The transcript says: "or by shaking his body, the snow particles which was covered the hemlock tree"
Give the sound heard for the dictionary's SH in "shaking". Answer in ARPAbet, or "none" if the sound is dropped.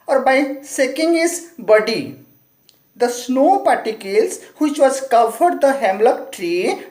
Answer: S